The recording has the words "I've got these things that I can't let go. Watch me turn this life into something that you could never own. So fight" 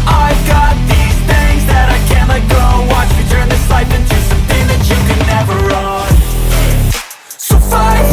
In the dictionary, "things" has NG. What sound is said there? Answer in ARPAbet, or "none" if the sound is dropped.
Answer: none